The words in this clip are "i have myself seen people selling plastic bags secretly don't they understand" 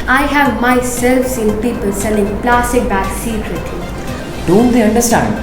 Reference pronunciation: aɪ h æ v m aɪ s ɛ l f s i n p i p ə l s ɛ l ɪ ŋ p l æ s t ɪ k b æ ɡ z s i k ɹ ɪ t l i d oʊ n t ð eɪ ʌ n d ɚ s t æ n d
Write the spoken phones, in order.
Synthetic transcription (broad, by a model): aɪ h æ v m aɪ s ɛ l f s i n p i p ə l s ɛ n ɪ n p l æ s t ɪ k b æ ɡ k s i k ɹ ɪ t l i d oʊ n t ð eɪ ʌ n d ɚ s t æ n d